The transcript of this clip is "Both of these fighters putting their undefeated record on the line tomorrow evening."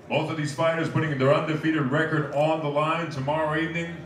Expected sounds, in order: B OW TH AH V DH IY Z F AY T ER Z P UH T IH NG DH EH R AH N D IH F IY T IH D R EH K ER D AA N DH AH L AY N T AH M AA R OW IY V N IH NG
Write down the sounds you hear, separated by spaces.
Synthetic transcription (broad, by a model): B OW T AH V DH IY Z F AY T ER Z P UH T IH NG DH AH R AH N D IH F IY T IH D R EH K ER D N DH AH L AY N T AH M AA R OW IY V N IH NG